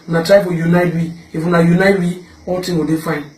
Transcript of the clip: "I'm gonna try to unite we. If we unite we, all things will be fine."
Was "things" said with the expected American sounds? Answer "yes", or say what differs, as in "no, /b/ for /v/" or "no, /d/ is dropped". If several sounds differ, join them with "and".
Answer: no, /t/ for /θ/ and /z/ is dropped